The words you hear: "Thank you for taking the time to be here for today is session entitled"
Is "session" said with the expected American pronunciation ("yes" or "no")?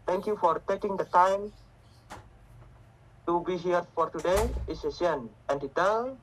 no